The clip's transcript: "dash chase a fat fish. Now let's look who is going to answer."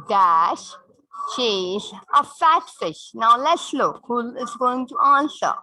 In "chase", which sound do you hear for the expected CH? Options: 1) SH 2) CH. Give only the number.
1